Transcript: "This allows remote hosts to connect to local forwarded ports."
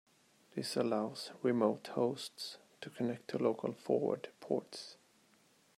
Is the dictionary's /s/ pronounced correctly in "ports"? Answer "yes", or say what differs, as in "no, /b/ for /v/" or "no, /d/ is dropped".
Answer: yes